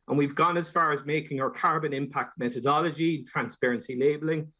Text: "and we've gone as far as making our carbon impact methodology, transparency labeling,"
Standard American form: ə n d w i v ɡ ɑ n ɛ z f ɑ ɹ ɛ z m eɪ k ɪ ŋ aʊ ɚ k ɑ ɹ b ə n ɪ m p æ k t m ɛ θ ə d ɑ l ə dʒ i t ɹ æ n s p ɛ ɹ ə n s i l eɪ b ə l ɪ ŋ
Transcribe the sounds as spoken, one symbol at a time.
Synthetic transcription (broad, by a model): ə n w i v ɡ ɑ n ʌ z f ɑ ɹ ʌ z m eɪ k ɪ ŋ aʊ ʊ k ɑ ɹ b ə n ɪ m p æ k t m ɛ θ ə d ɑ l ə dʒ i t ɹ æ n s p ɛ ɹ ə n s i l eɪ b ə l ɪ ŋ